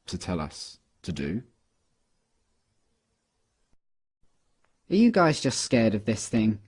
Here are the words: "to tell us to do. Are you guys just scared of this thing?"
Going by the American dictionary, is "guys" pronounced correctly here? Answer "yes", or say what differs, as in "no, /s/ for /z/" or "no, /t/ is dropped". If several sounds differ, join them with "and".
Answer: yes